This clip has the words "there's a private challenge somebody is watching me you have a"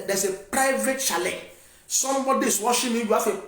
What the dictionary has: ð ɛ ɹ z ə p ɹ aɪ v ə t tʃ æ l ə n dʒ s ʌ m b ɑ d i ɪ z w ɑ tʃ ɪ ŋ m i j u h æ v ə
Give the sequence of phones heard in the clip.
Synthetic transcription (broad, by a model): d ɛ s ə p ɹ aɪ v ə t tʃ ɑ l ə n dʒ s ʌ m b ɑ d i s w ɑ ʃ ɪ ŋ m i j u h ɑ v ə